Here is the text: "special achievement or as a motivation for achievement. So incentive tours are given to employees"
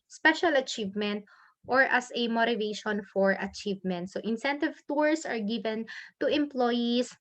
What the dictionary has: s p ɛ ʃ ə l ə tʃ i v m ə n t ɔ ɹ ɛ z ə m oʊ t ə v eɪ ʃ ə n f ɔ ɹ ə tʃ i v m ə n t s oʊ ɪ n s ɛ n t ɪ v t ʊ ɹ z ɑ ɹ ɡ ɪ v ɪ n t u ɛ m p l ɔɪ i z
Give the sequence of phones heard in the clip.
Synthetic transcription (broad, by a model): s p ɛ ʃ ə l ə tʃ i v m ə n t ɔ ɹ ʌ s ə m oʊ t ə v eɪ ʃ ə n f ɔ ɹ ə tʃ i v m ə n t s oʊ ɪ n s ɛ n t ɪ v t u ɹ s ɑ ɹ ɡ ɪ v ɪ n t u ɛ m p l ɔɪ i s